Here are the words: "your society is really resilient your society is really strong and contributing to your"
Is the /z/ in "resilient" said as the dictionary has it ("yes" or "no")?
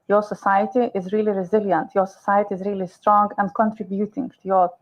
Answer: yes